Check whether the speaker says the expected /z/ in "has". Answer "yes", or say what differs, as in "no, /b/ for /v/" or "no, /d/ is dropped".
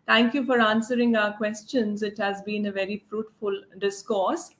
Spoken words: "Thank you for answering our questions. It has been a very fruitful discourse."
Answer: yes